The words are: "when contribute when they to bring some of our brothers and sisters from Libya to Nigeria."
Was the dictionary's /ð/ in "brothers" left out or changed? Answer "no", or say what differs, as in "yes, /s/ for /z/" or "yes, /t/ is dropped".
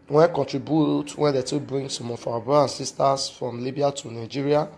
yes, /ð/ is dropped